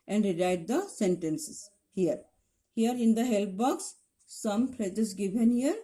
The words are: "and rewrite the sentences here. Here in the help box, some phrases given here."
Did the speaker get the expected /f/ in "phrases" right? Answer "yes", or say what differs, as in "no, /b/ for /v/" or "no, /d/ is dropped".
no, /p/ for /f/